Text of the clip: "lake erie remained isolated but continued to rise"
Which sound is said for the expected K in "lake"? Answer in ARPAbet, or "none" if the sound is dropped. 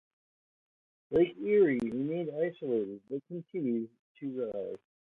none